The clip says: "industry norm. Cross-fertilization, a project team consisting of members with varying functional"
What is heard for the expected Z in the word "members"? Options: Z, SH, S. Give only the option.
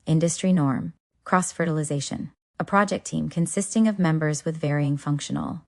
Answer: Z